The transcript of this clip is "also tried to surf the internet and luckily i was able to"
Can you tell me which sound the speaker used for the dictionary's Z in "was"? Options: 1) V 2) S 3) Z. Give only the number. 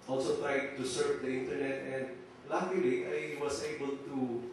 2